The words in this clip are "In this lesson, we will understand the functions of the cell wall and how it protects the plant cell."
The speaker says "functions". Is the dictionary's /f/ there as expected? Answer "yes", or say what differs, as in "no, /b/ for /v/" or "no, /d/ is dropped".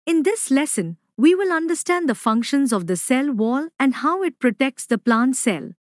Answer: yes